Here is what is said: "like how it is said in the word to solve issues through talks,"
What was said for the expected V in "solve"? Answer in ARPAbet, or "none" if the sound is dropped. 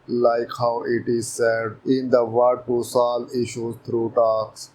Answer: none